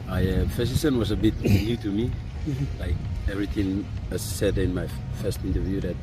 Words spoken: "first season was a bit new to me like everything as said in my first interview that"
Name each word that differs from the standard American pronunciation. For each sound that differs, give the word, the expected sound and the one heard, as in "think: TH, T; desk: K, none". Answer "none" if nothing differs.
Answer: season: Z, S